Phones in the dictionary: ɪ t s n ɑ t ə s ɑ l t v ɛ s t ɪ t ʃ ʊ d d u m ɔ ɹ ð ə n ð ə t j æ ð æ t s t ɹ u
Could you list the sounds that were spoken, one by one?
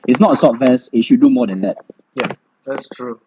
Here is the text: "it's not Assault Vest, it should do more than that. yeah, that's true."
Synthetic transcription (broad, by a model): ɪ t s n ɑ t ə s ɑ t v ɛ s ɪ t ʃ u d d u m ɔ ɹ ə n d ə t j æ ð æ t s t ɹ u